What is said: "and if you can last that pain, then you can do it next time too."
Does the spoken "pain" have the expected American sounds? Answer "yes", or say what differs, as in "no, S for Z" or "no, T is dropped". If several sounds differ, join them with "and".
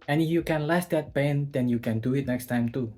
no, B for P